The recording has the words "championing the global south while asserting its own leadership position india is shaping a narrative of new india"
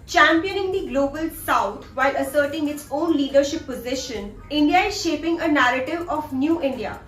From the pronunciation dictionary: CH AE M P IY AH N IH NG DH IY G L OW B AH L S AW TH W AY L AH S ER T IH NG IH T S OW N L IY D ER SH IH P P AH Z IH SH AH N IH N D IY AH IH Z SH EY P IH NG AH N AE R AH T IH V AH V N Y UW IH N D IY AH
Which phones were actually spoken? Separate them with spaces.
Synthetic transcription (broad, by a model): CH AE M P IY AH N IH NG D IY G L OW B AH L S AW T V AY L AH S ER T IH NG IH T S OW N L IY D ER SH IH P P AH Z IH SH AH N IH N D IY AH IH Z SH EY P IH NG AH N AE R AH T IH V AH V N Y UW IH N D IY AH